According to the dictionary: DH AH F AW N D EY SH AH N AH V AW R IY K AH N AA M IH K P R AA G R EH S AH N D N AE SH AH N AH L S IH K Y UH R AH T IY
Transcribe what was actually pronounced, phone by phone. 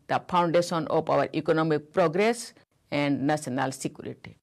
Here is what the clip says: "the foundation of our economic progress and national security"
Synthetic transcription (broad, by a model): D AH P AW N D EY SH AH N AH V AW R IY K AH N AA M IH K P R AA G R EH S AH N D N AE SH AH N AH L S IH K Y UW R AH T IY